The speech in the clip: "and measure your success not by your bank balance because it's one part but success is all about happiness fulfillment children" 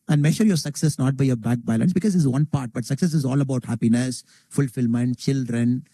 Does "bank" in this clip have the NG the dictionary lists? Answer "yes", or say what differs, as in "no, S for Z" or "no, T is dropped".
no, NG is dropped